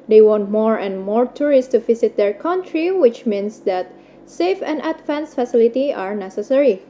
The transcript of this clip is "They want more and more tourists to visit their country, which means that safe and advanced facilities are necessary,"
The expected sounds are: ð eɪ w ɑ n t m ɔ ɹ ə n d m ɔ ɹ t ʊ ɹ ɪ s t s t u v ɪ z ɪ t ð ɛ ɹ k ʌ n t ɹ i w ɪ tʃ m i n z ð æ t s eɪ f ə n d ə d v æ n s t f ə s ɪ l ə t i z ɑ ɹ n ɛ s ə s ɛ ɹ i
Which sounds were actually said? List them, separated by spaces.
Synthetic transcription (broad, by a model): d eɪ w ɑ n t m ɔ ɹ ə n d m ɔ ɹ t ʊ ɹ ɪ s s t u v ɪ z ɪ t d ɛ ɹ k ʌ n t ɹ i w ɪ tʃ m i n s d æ t s eɪ f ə n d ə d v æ n s f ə s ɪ l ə t i ɑ ɹ n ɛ s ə s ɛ ɹ i